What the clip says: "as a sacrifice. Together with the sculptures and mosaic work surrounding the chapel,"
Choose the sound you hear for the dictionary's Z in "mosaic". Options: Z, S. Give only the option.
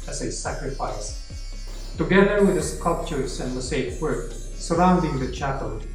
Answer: S